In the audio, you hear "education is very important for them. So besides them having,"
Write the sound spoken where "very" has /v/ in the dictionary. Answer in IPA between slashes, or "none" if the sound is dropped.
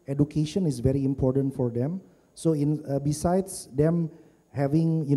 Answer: /v/